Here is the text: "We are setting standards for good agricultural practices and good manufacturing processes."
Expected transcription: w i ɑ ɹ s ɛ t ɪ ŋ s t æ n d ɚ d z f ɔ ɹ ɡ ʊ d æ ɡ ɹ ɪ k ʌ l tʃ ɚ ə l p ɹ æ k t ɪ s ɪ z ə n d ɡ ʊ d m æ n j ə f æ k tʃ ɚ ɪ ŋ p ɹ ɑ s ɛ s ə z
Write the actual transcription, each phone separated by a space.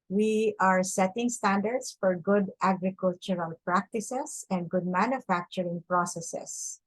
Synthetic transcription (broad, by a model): w i ɑ ɹ s ɛ t ɪ ŋ s t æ n d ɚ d s f ɔ ɹ ɡ ʊ d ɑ ɡ ɹ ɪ k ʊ l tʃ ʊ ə l p ɹ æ k t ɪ s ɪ s ə n d ɡ ʊ d m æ n j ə f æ k tʃ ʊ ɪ ŋ p ɹ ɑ s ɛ s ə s